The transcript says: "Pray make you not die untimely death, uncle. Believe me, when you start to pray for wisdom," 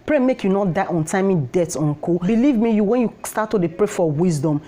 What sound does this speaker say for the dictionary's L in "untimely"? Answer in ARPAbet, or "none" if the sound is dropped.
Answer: none